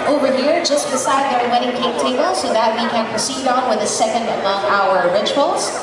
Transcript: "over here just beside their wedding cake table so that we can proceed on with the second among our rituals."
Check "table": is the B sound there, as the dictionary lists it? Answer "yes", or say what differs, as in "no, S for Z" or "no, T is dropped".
no, B is dropped